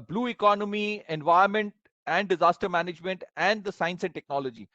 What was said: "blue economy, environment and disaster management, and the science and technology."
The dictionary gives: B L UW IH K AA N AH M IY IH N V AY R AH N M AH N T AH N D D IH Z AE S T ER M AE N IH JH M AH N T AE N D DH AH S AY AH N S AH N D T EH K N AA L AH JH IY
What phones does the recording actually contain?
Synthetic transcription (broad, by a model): B L UW IH K AA N AH M IY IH N V AY AH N M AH N T AH N D D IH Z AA S T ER M AE N IH JH M AH N T AE N D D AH S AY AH N S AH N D T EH K N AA L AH JH IY